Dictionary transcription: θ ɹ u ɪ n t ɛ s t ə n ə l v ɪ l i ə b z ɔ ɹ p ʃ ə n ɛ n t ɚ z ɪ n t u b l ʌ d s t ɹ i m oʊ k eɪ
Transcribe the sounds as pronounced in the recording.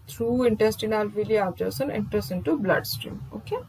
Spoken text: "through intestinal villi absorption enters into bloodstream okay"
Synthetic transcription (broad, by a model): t ɹ u ɪ n t ɛ s t ə n ə l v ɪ l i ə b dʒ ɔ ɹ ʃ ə n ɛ n t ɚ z ɪ n t u b l ʌ d s t ɹ i m oʊ k eɪ